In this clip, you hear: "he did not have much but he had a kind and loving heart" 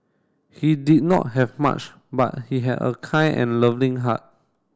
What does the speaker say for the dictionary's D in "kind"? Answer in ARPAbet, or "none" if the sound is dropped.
none